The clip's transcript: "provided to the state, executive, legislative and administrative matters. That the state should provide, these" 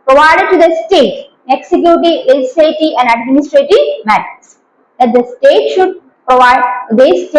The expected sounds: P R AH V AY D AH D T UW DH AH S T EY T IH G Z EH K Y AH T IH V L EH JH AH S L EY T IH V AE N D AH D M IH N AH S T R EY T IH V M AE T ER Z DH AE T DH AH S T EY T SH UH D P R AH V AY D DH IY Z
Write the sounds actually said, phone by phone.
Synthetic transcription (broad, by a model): P R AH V AY D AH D T UW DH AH S T EY T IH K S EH K Y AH T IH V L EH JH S EY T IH AE N D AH D M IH N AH S T R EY T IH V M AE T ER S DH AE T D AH S T EY T SH UH D P R AH V AY D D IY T